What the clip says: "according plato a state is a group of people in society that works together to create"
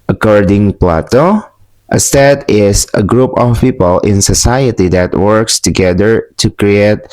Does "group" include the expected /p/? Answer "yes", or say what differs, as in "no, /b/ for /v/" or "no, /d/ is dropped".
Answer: yes